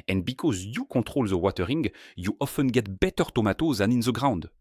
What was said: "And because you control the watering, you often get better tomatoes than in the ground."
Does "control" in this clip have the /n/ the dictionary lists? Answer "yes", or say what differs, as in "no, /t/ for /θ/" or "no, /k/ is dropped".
no, /n/ is dropped